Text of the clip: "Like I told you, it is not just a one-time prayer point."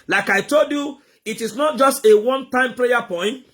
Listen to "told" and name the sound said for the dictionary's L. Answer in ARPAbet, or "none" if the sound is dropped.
L